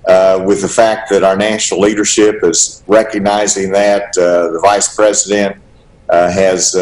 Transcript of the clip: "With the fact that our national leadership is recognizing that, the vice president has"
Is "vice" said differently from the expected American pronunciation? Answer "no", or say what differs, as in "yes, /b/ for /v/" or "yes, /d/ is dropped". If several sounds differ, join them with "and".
no